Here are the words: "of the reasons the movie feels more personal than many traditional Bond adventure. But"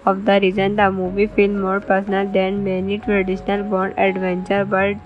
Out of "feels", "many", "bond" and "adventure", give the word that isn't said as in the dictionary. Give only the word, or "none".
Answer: feels